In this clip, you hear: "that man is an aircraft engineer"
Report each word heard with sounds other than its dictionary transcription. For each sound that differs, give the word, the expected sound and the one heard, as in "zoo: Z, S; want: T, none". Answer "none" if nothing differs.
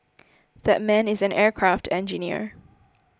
none